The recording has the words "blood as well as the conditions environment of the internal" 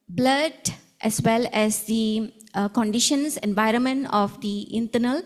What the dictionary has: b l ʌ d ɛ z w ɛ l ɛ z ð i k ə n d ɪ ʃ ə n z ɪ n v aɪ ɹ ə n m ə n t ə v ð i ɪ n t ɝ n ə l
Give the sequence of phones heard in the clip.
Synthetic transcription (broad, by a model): b l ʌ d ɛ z w ɛ l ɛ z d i k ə n d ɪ ʃ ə n s ɪ n v aɪ ɹ ə n m ə n t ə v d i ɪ n t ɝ n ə l